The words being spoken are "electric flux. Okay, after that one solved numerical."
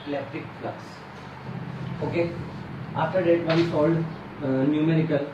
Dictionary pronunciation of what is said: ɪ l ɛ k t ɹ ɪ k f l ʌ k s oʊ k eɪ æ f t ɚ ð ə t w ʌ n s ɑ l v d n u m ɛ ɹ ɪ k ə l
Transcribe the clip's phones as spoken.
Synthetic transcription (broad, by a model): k l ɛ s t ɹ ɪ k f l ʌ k s oʊ k eɪ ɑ f t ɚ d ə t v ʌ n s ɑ l d n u m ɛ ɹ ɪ k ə l